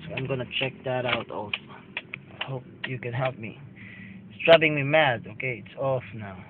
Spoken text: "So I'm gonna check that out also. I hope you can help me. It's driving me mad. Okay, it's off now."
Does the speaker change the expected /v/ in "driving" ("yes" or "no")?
yes